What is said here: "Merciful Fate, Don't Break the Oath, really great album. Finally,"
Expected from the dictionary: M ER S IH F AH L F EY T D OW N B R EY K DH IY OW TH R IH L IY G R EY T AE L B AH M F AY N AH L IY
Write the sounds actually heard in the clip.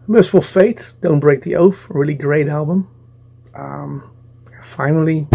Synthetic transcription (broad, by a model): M ER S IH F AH L F EY T D OW N B R EY K DH IY OW F R IH L IY G R EY T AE L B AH M F AY N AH L IY